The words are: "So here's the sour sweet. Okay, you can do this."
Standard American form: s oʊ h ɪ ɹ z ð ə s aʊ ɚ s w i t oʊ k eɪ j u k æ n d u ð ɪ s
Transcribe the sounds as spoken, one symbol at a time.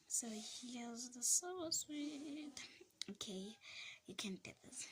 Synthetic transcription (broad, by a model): s oʊ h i l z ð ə s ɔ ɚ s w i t oʊ k eɪ j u k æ n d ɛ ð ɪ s